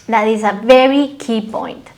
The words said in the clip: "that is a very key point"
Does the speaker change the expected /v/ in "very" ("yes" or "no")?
no